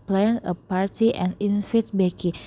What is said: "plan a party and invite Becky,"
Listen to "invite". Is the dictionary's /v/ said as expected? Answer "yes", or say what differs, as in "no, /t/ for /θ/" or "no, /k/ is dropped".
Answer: no, /f/ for /v/